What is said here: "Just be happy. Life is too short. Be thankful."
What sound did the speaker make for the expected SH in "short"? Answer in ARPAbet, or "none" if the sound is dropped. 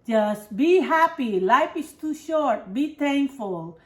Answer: SH